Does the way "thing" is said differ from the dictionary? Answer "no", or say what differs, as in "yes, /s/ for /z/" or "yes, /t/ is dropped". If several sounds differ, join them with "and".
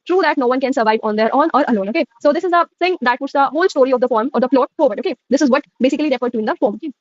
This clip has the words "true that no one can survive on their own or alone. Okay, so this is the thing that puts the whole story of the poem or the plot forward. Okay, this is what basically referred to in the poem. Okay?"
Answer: yes, /s/ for /θ/